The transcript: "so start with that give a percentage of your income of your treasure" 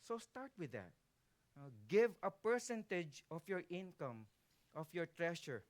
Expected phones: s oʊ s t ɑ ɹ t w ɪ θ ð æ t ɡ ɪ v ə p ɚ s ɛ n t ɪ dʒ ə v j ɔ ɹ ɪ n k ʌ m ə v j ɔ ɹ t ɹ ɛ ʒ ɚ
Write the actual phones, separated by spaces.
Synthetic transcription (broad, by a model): s oʊ s t ɑ ɹ t w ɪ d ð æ t ɡ ɪ v ə p ɚ s ɛ n t ɪ dʒ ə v j ɔ ɹ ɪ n k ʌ m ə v j ɔ ɹ t ɹ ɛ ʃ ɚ